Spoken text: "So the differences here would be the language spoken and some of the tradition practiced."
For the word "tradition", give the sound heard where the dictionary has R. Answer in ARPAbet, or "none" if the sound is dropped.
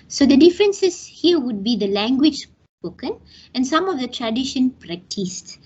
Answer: R